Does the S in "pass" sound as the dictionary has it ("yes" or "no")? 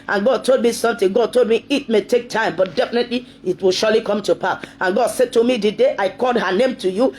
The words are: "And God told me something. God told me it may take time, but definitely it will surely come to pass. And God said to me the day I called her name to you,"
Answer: no